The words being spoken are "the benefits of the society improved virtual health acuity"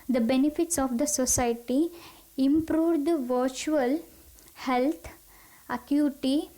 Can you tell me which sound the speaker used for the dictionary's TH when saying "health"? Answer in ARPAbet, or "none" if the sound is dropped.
T